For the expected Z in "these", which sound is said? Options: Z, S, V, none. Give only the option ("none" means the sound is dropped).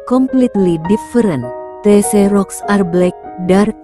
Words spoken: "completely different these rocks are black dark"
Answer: none